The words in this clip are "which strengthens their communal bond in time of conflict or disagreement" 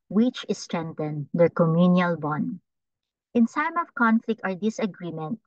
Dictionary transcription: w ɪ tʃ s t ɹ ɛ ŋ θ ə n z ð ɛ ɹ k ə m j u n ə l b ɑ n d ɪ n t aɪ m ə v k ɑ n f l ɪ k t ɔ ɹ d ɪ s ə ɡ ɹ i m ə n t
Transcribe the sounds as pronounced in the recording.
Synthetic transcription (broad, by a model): w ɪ tʃ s t ɹ ɛ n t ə n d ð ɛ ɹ k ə m j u n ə l b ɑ n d ɪ n s aɪ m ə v k ɑ n f l ɪ k t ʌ ɹ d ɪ s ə ɡ ɹ i m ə n t